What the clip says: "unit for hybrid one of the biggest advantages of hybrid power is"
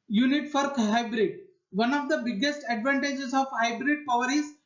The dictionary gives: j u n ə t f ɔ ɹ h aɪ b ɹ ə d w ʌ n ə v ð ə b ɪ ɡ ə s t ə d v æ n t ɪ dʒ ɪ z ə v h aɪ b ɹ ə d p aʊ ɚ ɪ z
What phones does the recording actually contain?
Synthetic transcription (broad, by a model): j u n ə t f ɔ ɹ h aɪ b ɹ ə d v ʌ n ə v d ə b ɪ ɡ ə s t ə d v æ n t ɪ dʒ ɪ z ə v h aɪ b ɹ ə d p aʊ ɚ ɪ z